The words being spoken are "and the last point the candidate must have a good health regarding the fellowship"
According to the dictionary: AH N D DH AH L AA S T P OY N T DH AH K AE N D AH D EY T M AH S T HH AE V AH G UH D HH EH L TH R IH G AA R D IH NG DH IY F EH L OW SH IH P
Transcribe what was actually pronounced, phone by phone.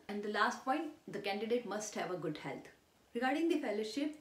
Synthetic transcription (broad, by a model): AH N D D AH L AA S T P OY N T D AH K AE N D AH D EY T M AH S T HH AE V AH G UH D HH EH L T R IH G AA R D IH NG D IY F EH L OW SH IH P